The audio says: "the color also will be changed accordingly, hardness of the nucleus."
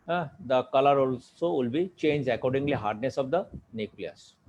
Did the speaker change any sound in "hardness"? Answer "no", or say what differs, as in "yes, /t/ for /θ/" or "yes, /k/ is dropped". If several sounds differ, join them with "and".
no